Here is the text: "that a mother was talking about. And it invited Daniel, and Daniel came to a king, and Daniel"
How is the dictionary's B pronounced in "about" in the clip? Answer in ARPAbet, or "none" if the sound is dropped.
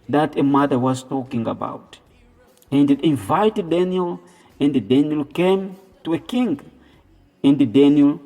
B